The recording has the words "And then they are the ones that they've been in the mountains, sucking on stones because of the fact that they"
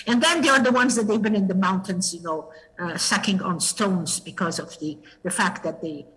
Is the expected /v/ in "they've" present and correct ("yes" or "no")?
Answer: yes